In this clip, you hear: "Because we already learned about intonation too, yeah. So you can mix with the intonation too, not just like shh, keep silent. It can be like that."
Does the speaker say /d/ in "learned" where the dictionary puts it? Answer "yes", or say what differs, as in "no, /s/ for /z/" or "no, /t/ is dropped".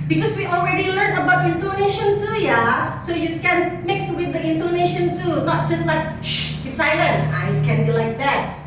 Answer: no, /d/ is dropped